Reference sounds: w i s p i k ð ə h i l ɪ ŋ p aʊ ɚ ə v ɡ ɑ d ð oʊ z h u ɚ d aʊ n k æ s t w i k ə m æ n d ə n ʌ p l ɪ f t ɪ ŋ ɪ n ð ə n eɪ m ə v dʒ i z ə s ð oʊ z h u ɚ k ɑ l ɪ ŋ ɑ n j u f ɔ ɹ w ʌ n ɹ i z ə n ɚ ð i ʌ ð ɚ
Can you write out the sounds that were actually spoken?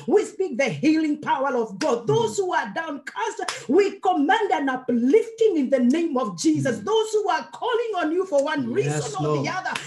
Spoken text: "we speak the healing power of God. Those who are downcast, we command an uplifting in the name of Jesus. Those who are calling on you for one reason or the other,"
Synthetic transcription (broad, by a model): w i s p i k ð ə h i l ɪ ŋ p aʊ ɚ ə v ɡ ɑ d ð oʊ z h u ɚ d aʊ n k æ s t w i k ə m æ n d ə n ʌ p l ɪ f t ɪ ŋ ɪ n ð ə n eɪ m ə v dʒ i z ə s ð oʊ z h u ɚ k ɑ l ɪ ŋ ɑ n j u f ɔ ɹ w ʌ n ɹ i z ə n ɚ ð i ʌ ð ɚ